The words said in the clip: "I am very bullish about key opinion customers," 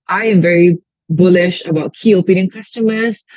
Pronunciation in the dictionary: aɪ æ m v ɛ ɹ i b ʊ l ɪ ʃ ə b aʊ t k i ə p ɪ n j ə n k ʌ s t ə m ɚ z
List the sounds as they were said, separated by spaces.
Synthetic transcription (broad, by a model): aɪ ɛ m v ɛ ɹ i b ʊ l ɪ ʃ ə b aʊ t k i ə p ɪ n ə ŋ k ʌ s t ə m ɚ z